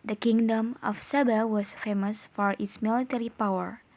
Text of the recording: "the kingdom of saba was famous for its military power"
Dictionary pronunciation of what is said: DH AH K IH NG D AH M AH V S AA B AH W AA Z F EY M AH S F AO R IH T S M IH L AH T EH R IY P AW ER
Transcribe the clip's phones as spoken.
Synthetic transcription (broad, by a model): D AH K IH NG D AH M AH F S AA B AH W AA S F EY M AH S F AO R IH T S M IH L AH T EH R IY P AW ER